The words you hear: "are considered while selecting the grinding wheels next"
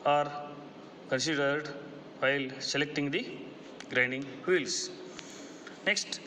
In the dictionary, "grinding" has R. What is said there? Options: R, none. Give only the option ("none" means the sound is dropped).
R